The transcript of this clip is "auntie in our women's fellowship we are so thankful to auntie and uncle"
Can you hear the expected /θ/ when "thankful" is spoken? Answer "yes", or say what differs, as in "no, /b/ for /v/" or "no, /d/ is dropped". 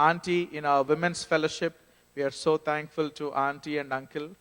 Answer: no, /t/ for /θ/